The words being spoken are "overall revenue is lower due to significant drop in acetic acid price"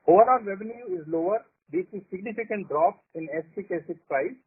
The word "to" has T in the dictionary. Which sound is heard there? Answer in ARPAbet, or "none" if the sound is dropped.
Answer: S